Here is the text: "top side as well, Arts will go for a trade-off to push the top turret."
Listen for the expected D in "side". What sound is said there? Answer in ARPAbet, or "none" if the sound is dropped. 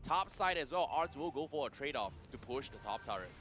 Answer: D